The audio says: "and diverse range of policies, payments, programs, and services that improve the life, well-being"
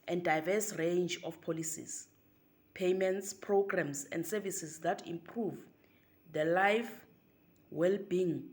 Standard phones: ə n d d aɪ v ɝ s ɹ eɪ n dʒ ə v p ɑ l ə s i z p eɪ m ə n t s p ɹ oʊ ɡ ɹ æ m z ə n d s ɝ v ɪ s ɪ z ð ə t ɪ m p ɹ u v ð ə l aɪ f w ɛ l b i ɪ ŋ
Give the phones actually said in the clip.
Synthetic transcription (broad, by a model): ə n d d aɪ v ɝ s ɹ eɪ n dʒ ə f p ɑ l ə s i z p eɪ m ə n t s p ɹ oʊ ɡ ɹ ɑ m s ə n d s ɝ v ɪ s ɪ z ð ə t ɪ m p ɹ u v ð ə l aɪ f w ɛ l b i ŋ